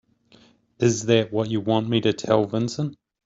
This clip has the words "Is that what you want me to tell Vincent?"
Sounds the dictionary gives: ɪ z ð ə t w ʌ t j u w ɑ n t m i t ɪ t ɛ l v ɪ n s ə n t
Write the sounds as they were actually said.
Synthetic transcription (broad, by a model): ɪ z ð ə t w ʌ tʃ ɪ w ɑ n m i t ɪ t ɛ l v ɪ n s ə n